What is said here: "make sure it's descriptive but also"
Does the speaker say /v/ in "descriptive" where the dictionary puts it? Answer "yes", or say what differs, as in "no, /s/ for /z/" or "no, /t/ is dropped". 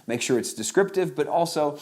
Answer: yes